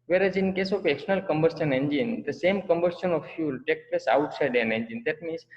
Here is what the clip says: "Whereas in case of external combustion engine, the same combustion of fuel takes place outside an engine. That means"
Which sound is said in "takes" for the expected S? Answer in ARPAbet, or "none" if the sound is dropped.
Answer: none